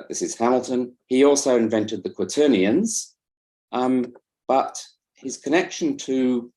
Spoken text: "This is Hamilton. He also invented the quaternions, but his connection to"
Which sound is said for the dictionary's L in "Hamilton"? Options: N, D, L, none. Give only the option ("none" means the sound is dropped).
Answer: L